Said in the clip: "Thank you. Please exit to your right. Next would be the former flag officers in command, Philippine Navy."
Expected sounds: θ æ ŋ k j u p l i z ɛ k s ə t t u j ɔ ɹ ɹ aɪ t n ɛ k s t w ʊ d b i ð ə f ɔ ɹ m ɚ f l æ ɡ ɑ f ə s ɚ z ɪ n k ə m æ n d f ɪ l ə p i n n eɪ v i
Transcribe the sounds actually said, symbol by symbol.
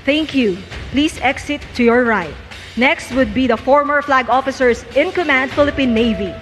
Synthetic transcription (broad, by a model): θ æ ŋ k j u p l i s ɛ k s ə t t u j ɔ ɹ ɹ aɪ t n ɛ k s t w ʊ d b i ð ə f ɔ ɹ m ɚ f l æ ɡ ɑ f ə s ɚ s ɪ n k ə m æ n d f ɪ l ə p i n n eɪ v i